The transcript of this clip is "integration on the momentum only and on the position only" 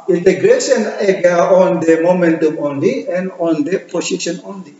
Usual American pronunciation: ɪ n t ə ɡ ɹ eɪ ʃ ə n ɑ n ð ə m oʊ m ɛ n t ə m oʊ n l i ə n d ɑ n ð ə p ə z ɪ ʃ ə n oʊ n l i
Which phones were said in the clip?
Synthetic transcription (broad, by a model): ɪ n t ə ɡ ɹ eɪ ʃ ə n ɑ n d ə m oʊ m ɛ n t ə m oʊ n l i ə n d ɑ n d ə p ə s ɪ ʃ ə n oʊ n l i